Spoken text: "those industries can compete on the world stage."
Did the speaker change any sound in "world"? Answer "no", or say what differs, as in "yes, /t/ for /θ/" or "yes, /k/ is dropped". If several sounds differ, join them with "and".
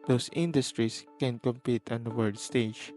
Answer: yes, /l/ is dropped